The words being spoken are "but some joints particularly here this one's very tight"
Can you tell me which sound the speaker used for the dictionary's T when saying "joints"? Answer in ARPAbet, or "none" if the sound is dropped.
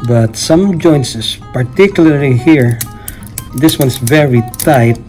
S